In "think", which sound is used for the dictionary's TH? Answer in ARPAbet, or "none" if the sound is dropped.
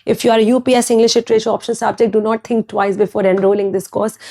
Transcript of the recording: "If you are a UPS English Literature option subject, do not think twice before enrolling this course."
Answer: T